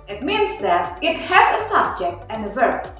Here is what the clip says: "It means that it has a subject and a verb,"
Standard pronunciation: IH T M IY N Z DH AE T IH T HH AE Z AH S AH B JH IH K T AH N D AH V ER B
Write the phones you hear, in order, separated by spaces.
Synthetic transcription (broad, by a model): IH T M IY N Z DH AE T IH T HH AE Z AH S AH B JH IH K T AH N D AH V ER